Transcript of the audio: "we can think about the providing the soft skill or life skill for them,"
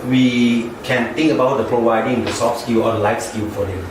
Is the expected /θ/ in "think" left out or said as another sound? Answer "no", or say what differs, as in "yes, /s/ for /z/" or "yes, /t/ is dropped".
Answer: yes, /t/ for /θ/